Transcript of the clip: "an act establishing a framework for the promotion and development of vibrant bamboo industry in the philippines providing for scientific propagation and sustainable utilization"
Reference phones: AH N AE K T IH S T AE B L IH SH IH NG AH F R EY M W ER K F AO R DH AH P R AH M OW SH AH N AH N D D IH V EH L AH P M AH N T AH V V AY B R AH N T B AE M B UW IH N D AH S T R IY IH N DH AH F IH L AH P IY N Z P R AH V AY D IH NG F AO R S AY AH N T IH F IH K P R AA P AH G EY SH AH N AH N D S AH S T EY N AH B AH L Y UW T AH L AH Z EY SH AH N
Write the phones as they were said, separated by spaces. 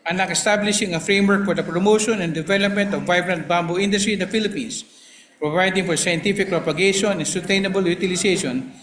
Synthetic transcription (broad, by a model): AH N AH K IH S T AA B L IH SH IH NG AH F R EY M W ER K F AO R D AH P R AH M OW SH AH N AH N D D IH V EH L AH P M AH N T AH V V AY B R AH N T B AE M B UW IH N D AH S T R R IH N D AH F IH L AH P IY N S P R AH V AY D IH NG F AO R S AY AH N T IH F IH K P R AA P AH G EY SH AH N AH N S AH S T EY N AH B AH L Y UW T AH L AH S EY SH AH N